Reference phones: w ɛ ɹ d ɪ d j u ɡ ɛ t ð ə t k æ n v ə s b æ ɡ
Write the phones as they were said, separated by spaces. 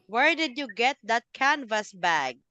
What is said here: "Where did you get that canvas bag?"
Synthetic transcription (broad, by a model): w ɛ ɹ d ɪ d j u ɡ ɛ t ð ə t k æ n v ə s b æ ɡ